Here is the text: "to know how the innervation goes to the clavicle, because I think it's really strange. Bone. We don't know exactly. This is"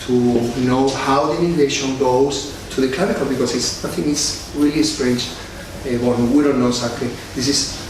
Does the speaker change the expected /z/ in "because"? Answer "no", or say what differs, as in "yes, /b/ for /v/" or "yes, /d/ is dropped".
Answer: yes, /s/ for /z/